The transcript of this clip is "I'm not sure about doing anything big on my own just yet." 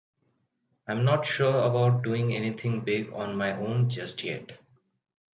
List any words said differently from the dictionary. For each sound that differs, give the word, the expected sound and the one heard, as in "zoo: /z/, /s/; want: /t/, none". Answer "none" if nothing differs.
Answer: anything: /θ/, /t/